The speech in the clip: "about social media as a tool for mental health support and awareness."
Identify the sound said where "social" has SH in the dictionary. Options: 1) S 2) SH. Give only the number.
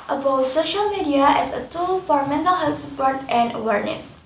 2